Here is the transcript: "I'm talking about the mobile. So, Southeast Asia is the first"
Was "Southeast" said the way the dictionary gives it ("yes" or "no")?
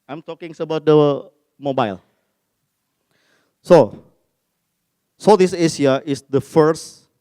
no